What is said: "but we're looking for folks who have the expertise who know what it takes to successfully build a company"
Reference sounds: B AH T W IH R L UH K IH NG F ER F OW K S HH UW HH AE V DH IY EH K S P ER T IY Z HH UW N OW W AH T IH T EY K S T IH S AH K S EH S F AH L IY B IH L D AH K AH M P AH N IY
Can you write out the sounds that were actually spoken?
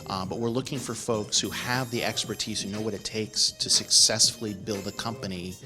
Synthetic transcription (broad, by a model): B AH T W IH R L UH K IH NG F ER F OW K S HH UW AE V DH IY EH K S P ER T IY Z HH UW N OW W AH T IH T EY K S T IH S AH K S EH S F L IY B IH L D AH K AH M P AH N IY